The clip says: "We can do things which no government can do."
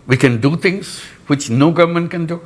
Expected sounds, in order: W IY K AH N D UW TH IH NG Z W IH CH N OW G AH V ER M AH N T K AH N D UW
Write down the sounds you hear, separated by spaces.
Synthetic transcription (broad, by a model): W IY K AH N D UW T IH NG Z W IH CH N OW G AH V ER M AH N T K AH N D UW